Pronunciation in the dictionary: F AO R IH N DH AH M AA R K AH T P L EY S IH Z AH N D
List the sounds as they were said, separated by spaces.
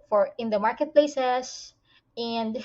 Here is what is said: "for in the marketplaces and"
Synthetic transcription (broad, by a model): F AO R IH N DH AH M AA R K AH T P L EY S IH S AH N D